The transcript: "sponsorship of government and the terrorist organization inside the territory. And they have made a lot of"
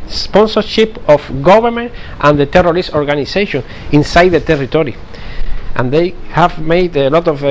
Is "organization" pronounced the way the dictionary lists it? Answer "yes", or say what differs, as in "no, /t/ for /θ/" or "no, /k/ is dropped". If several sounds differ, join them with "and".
no, /s/ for /z/